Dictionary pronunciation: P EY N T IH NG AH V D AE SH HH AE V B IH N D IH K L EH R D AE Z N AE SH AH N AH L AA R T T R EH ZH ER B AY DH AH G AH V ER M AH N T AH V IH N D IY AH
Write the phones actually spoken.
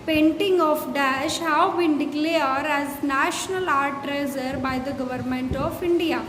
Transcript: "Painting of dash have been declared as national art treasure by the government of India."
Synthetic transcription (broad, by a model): P EY N T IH NG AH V D AE SH HH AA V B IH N D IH K L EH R D AE Z N AE SH AH N AH L AA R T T R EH Z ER B AY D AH G AH V ER M AH N T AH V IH N D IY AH